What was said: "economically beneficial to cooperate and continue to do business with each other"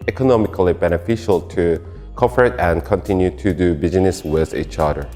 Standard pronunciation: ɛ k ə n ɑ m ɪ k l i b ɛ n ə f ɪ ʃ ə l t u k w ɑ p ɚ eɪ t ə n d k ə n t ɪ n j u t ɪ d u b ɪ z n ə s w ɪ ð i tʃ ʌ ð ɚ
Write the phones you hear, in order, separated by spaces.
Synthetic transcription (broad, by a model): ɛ k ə n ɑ m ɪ k l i b ɛ n ə f ɪ ʃ ə l t u k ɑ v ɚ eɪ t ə n k ə n t ɪ n j u t ɪ d u b ɪ z n ə s w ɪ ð i tʃ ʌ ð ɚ